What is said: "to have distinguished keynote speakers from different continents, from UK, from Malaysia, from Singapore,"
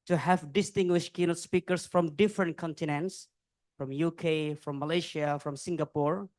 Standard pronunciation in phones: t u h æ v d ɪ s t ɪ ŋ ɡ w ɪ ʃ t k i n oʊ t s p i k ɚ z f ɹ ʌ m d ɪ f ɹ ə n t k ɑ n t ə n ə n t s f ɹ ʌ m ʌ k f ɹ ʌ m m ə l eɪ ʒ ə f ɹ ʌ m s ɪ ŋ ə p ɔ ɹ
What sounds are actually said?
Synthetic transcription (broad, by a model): t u h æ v d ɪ s t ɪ ŋ ɡ w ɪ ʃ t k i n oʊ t s p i k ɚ s f ɹ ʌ m d ɪ f ɹ ə n t k ɑ n t ə n ə n t s f ɹ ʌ m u k f ɹ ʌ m m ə l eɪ ʃ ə f ɹ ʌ m s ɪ ŋ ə p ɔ ɹ